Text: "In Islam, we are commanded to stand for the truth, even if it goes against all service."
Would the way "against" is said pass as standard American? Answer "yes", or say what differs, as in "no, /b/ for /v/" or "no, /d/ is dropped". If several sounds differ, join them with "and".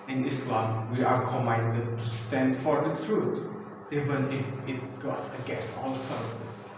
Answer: no, /n/ is dropped and /t/ is dropped